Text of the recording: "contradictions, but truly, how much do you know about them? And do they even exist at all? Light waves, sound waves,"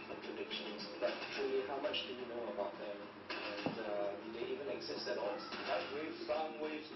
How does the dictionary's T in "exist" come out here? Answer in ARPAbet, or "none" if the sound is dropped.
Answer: none